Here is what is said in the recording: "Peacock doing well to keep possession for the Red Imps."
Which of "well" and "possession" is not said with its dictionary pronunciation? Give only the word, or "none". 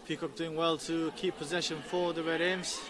none